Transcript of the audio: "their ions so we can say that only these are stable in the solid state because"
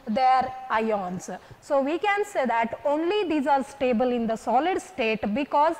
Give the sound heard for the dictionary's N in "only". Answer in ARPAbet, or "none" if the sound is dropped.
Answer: N